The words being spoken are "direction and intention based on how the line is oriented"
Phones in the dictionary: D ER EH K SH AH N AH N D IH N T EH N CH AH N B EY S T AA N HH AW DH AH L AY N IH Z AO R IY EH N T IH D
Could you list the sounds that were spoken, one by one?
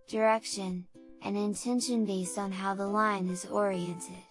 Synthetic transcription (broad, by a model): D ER EH K SH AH N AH N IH N T EH N SH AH N B EY S T N HH AW DH AH L AY N IH Z AO R IY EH N T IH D